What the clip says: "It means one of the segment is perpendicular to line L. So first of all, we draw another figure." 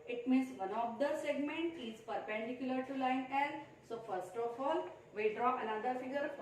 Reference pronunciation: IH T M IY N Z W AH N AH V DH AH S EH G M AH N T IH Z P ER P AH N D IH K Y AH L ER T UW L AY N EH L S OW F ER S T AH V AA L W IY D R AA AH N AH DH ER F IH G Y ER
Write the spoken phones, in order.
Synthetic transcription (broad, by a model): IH T M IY N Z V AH N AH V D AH S EH G M AH N T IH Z P ER P AH N D IH K Y AH L ER T UW L AY N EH N S OW F ER S T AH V AA L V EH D R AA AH N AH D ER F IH G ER